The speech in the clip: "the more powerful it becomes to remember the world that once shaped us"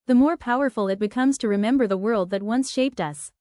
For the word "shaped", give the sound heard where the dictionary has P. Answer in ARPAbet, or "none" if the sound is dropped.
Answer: P